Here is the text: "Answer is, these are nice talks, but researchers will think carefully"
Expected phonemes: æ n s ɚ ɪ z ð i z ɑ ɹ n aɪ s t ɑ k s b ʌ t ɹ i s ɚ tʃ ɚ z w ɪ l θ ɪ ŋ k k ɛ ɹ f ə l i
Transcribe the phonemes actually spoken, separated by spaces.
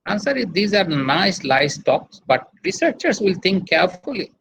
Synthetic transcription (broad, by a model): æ n s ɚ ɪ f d i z ɑ ɹ n aɪ s t ɑ k s b ʌ t ɹ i s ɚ tʃ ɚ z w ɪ l t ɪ ŋ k k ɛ ɹ f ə l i